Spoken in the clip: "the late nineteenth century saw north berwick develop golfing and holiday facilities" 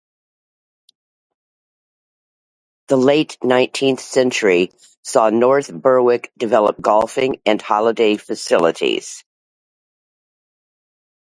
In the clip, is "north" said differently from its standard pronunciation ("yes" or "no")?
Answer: no